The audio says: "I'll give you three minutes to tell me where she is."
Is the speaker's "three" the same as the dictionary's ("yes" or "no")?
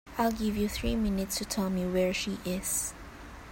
yes